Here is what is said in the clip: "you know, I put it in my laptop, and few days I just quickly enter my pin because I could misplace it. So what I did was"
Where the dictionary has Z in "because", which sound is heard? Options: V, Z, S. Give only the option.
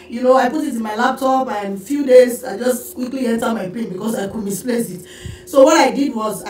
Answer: S